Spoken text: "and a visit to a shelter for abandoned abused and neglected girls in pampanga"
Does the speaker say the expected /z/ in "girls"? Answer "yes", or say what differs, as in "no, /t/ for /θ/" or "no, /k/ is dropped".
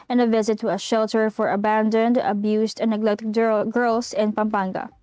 no, /s/ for /z/